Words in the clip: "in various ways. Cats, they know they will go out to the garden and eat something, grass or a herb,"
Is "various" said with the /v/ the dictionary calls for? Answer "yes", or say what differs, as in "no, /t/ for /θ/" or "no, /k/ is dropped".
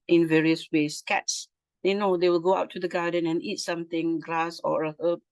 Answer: yes